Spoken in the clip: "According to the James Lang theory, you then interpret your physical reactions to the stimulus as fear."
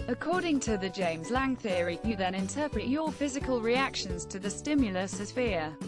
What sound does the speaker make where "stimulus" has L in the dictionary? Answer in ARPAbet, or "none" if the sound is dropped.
L